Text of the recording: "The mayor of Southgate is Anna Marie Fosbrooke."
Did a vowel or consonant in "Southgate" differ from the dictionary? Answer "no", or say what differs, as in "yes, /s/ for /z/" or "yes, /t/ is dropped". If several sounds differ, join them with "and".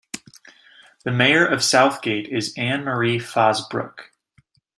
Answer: no